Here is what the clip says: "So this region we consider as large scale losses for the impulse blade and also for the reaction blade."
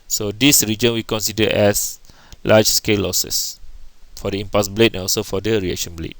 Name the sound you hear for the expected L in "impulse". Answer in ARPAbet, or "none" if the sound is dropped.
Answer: none